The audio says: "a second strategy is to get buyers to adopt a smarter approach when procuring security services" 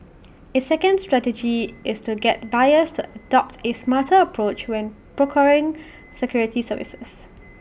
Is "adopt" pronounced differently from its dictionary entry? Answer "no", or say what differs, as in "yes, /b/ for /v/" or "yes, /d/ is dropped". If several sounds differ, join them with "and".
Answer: no